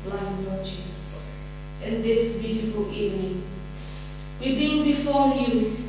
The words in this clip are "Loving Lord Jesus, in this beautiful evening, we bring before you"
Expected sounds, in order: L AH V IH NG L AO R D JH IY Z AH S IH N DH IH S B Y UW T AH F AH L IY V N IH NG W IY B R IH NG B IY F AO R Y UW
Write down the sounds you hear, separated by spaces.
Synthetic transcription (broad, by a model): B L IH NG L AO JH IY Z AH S IH N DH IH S B Y UW T AH F AH L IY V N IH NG W IY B IY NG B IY F AO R Y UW